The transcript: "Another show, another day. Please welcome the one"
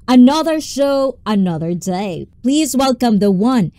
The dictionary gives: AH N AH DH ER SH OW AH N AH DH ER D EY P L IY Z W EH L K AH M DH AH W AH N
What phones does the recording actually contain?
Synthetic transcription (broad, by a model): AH N AH DH ER SH OW AH N AH DH ER D EY P L IY Z W EH L K AH M DH AH W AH N